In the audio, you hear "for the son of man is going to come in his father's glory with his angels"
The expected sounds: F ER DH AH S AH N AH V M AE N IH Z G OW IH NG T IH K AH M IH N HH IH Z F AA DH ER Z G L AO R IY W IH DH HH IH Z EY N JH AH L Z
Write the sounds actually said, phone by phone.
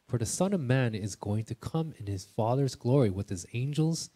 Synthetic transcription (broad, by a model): F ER DH AH S AH N AH V M AE N IH Z G OW IH NG T IH K AH M IH N IH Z F AA DH ER Z G L AO R IY W IH DH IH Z EY N JH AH L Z